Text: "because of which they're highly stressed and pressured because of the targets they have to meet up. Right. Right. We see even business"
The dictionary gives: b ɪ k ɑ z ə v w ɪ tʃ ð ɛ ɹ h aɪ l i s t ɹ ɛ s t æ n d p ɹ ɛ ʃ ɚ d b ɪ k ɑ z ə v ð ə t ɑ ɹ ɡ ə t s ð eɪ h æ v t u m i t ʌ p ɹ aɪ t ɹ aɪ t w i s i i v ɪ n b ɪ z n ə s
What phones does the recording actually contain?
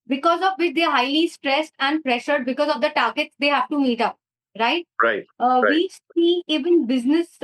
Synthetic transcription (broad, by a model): b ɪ k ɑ z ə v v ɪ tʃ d ɛ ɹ h aɪ l i s t ɹ ɛ s t æ n d p ɹ ɛ ʃ ɚ d b ɪ k ɑ z ə v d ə t ɑ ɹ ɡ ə t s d eɪ h æ v t u m i t ʌ p ɹ aɪ t ɹ aɪ t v i s i i v ɪ n b ɪ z n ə s